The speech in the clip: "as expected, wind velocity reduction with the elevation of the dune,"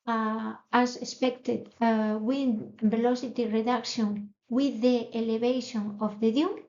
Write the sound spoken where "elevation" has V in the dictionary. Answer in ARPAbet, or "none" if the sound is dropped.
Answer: B